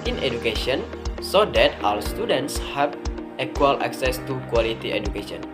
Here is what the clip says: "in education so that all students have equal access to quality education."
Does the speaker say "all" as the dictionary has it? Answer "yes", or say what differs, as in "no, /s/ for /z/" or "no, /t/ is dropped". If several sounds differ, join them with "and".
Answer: no, /w/ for /l/